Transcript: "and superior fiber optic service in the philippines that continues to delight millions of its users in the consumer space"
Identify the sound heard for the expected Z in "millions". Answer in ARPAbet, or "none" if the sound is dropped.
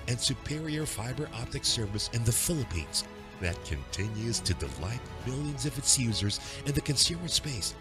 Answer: Z